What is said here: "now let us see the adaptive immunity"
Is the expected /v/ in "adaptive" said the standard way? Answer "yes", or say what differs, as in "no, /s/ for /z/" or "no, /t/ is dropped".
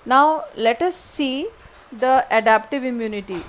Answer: yes